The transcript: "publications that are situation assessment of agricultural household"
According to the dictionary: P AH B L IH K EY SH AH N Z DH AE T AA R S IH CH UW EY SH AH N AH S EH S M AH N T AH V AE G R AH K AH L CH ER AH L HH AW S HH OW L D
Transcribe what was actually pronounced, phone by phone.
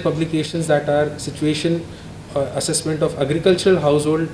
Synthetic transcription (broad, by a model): P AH B L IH K EY SH AH N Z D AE T AA R S IH CH UW EY SH AH N AH S EH S M AH N T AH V AE G R AH K AH L CH ER AH L HH AW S HH OW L D